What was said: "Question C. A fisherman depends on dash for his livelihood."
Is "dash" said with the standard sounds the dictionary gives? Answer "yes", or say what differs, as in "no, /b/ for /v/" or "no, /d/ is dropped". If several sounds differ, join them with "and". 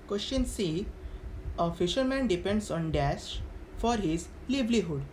no, /s/ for /ʃ/